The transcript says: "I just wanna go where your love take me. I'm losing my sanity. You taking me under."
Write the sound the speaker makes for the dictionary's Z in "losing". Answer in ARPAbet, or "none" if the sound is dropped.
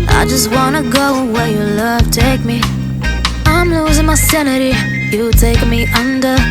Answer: Z